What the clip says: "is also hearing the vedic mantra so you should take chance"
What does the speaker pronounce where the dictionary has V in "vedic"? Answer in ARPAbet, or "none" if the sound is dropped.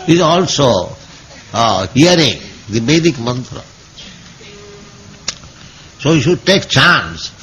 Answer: B